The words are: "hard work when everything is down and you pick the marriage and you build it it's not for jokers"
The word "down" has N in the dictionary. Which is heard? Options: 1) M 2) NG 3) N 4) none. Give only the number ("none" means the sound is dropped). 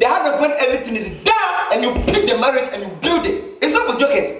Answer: 4